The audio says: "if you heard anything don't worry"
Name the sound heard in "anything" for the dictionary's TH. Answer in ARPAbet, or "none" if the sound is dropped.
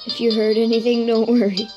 TH